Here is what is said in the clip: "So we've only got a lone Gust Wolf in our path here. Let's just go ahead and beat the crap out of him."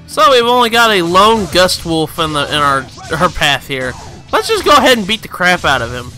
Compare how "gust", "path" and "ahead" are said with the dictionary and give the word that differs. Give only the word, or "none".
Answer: none